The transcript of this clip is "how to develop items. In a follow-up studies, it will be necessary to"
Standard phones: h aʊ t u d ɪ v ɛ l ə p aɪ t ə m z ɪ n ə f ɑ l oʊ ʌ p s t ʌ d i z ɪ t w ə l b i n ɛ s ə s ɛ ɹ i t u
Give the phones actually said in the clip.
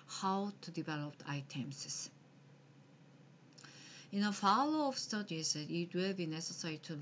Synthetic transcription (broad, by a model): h aʊ t u d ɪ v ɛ l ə p aɪ t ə m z ɪ n ə f ɑ l oʊ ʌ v s t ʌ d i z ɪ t w ə l b i n ɛ s ə s ɛ ɹ i t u